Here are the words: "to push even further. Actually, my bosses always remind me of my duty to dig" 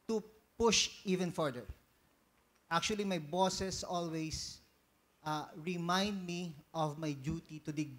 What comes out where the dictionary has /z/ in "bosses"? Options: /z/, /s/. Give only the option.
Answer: /s/